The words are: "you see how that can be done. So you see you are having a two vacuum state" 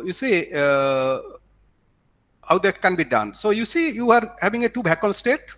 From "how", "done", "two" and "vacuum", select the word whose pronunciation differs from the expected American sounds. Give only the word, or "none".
vacuum